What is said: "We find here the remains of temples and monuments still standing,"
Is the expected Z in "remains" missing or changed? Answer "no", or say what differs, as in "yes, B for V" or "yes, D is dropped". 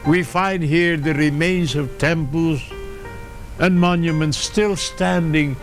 no